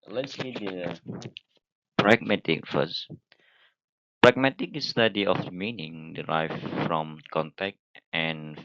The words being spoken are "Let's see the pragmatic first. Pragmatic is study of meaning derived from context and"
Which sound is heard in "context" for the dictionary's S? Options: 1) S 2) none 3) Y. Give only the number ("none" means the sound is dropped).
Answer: 2